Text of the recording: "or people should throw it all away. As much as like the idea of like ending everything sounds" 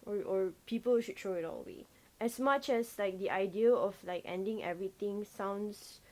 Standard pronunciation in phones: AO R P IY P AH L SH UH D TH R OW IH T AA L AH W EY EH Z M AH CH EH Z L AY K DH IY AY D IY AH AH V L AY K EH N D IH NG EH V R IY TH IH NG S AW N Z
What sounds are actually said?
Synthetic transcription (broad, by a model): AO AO P IY P AH L SH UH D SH OW IH T AA L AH W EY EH S M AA CH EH S L AY K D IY AY D IY AH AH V L AY K EH N D IH NG EH V R IY T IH NG S AW N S